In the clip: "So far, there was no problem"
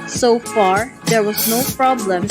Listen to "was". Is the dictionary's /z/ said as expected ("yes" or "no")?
yes